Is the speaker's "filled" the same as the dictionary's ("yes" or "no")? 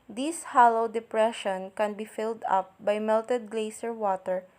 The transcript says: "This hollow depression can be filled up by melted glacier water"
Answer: yes